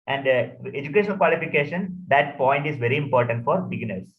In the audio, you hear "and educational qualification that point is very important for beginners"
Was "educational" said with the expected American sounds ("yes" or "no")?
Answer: no